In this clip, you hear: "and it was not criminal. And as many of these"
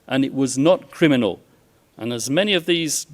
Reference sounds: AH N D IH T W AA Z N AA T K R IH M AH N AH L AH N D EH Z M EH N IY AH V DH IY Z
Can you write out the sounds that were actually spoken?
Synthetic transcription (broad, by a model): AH N IH T W AA Z N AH T K R IH M AH N AH L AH N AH Z M EH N IY AH V DH IY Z